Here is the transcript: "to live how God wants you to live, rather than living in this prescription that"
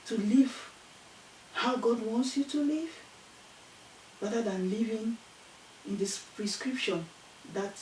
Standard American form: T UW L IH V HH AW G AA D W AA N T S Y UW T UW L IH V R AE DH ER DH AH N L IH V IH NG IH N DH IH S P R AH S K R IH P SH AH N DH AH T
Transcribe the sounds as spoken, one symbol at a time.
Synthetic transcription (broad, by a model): T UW L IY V HH AW G AA D W AA N T S Y UW T UW L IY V R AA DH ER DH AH N L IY V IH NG IH N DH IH S P R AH S K R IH P SH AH N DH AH T